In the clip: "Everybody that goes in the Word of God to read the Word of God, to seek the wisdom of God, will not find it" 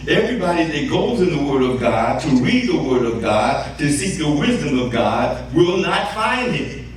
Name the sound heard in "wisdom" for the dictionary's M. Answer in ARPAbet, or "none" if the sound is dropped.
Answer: M